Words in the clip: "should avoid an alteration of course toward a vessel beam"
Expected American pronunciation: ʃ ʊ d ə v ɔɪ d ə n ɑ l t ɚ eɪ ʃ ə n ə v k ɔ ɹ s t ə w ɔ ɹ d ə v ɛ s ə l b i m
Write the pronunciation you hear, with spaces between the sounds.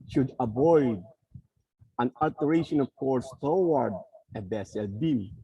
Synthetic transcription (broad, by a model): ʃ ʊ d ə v ɔɪ d ə n ɑ l t ɚ eɪ ʃ ə n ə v k ɔ ɹ s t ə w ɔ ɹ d ə b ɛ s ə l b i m